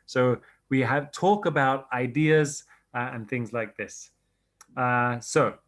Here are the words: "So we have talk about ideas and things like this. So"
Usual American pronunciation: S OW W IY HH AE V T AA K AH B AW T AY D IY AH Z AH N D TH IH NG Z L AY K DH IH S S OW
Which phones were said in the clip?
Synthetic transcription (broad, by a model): S OW W IY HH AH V T AA K AH B AW T AY D IY AH Z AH N TH IH NG Z L AY K DH IH S S OW